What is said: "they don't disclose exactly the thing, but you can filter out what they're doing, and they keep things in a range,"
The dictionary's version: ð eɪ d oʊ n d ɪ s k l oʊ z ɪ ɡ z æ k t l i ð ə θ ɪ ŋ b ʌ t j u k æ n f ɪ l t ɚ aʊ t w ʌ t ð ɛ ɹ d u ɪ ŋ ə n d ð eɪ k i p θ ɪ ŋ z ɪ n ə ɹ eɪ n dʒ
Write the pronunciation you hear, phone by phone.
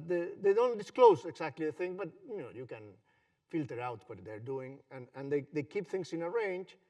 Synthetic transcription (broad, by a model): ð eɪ d oʊ n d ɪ s k l oʊ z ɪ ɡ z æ k t l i ð ə θ ɪ ŋ b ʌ t j u k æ n f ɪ l t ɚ aʊ t w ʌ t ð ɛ ɹ d u ɪ ŋ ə n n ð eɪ k i p θ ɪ ŋ s ɪ n ə ɹ eɪ n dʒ